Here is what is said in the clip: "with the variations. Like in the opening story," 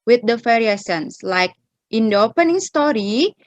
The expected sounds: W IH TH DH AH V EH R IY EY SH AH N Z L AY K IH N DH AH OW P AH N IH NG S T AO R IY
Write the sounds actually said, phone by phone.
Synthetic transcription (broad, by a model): W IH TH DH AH F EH R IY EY S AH N S L AY K IH N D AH OW P AH N IH NG S T AO R IY